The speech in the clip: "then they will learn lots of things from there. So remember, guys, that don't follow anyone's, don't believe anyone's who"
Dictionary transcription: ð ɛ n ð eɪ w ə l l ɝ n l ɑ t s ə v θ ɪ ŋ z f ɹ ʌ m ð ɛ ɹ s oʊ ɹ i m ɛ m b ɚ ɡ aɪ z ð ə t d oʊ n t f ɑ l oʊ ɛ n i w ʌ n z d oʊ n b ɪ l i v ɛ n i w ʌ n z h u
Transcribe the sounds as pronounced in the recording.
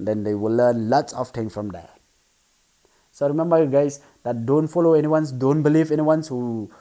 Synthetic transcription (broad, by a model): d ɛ n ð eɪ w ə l l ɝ n l ɑ t s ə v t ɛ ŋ f ɹ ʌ m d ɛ s oʊ ɹ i m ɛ m b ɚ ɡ aɪ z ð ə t d oʊ n t f ɑ l oʊ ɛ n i w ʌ n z d oʊ n b ɪ l i v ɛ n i w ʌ n s h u